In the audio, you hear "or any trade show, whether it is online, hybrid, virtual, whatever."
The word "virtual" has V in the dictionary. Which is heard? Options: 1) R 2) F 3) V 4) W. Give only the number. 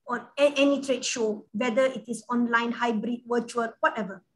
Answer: 4